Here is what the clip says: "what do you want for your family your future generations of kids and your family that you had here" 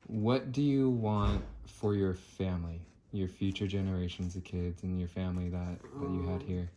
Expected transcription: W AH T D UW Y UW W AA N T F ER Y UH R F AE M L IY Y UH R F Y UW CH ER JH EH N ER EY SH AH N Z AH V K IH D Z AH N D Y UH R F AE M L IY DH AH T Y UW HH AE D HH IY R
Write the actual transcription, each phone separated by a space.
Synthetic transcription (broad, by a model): W AH T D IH Y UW W AA N T F ER Y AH R F AE M L IY Y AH R F Y UW CH ER JH EH N ER EY SH AH N Z AH V K IH D Z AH N Y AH R F AE M L IY DH AH T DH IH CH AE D HH IY R